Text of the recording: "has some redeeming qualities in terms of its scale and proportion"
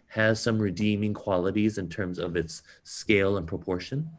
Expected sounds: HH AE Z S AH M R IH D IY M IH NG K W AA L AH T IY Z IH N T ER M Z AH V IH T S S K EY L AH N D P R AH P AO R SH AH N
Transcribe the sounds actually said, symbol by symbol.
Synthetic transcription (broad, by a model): HH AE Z S AH M R IH D IY M IH NG K W AA L AH T IY Z IH N T ER M Z AH V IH T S S K EY L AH N P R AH P AO R SH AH N